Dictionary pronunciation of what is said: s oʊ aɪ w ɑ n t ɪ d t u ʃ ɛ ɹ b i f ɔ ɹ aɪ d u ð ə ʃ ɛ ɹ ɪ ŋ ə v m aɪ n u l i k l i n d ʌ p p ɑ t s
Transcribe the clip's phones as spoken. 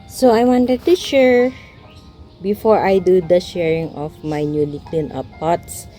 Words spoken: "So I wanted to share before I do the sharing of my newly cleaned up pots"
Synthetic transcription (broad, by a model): s oʊ aɪ w ɑ n t ɪ d t u ʃ ɛ ɹ b i f ɔ ɹ aɪ d u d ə ʃ ɛ ɹ ɪ ŋ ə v m aɪ n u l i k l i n ʌ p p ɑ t s